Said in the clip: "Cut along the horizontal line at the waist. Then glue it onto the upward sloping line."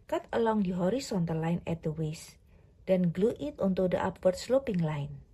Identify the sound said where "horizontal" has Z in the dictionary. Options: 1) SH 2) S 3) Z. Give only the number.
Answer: 2